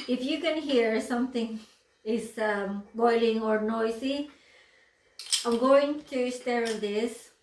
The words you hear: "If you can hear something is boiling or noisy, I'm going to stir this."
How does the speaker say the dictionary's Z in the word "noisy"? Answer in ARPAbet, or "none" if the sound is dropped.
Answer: S